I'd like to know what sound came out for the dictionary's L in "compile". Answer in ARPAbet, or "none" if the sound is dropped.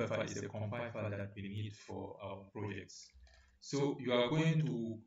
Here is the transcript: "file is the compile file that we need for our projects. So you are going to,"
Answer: N